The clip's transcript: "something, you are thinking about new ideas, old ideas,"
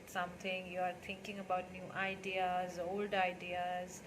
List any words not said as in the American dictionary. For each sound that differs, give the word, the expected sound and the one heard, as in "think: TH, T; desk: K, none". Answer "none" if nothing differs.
thinking: TH, T